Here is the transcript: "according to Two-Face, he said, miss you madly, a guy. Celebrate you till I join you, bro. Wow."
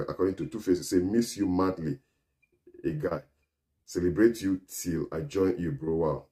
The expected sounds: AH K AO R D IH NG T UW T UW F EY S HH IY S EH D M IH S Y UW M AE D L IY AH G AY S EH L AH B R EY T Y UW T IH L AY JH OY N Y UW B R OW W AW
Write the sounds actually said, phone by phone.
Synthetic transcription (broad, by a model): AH K AO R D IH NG T UW T UW F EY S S S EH M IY S Y UW M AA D L IY AH G AY S EH L AH B R EY T Y UW T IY L AY JH OY N Y UW B R OW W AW